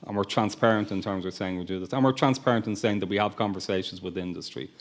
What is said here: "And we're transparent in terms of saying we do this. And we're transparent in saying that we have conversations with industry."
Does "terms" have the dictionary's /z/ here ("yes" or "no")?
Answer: yes